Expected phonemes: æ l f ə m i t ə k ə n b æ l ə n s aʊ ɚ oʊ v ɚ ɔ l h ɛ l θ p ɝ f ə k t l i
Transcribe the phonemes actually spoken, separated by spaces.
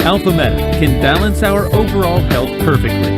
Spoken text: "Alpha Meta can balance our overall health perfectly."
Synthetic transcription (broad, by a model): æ l f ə m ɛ t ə k ə n b æ l ə n s aʊ ɚ oʊ v ɚ ɔ l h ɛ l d p ɝ f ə k t l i